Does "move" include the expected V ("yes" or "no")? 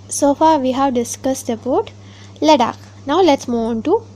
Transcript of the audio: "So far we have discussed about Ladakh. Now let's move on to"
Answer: no